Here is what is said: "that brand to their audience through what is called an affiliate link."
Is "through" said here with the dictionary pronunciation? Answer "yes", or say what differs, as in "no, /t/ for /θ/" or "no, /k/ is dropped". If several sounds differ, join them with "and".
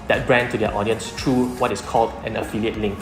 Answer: no, /t/ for /θ/